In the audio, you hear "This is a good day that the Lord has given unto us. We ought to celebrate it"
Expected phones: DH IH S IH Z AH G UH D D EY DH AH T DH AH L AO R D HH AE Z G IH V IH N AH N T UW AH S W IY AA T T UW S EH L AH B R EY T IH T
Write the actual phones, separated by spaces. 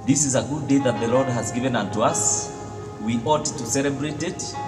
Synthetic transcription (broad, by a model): DH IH S IH Z AH G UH D D EY DH AH T DH AH L AO R D HH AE Z G IH V IH N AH N T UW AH S W IY AA T T UW S EH L AH B R EY T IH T